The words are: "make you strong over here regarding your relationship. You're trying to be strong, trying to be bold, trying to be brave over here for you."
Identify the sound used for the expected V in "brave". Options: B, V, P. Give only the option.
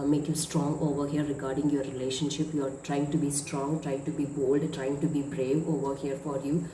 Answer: V